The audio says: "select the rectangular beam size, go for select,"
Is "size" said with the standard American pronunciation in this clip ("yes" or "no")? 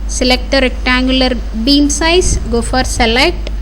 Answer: no